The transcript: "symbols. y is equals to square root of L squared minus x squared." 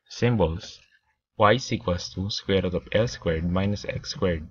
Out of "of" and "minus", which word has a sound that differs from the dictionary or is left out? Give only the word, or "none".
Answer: of